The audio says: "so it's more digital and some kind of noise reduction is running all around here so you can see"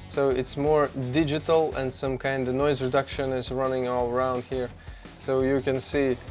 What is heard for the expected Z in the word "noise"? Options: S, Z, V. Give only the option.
Z